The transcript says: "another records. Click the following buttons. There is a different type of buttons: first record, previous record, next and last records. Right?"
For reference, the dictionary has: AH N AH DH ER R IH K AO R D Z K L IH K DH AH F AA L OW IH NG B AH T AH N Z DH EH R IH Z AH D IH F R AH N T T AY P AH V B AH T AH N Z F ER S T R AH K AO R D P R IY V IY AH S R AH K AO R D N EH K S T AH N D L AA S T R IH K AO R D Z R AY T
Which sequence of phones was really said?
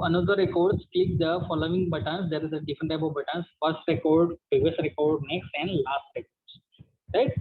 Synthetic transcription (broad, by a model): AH N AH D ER R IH K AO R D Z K L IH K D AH F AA L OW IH NG B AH T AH N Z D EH R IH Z AH D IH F R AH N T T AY B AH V B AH T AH N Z F ER S T R AH K AO R D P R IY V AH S R AH K AO R D N EH K S T AH N D L AA S T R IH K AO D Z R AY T